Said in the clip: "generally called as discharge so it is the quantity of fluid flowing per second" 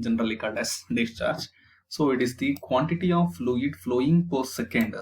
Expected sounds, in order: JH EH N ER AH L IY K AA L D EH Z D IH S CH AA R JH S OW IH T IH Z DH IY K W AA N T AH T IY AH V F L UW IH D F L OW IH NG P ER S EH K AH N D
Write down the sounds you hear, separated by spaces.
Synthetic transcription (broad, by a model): JH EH N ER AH L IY K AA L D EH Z D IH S CH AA R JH S OW IH T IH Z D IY K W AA N T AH T IY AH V F L UW IH D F L OW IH NG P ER S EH K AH N D